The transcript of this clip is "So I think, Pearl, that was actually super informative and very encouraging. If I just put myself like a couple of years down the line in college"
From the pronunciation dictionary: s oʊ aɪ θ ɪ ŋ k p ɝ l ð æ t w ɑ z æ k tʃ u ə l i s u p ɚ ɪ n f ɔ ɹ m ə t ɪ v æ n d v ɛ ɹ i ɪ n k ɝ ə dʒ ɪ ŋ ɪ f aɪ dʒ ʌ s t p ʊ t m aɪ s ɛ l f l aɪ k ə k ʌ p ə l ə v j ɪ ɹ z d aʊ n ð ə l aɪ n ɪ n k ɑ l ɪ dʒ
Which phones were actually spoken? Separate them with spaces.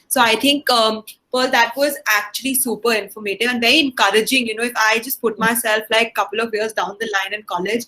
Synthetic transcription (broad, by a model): s oʊ aɪ t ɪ ŋ k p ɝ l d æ t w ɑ z æ k tʃ u ə l i s u p ɚ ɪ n f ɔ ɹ m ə t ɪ æ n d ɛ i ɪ n k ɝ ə dʒ ɪ ŋ ɪ f aɪ dʒ ʌ s t p ʊ t m aɪ s ɛ l f l aɪ k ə k ʌ p ə l ə v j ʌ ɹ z d aʊ n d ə l aɪ n ɪ n k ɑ l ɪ dʒ